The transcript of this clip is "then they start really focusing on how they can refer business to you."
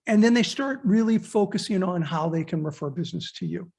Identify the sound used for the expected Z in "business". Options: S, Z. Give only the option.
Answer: Z